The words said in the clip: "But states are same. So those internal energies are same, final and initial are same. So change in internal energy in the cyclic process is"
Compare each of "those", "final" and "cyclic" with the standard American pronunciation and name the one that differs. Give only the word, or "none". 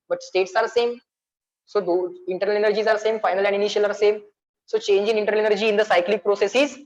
those